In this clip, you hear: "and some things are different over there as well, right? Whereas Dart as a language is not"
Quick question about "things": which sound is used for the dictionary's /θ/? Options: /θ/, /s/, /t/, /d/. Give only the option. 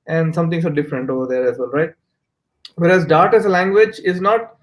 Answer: /t/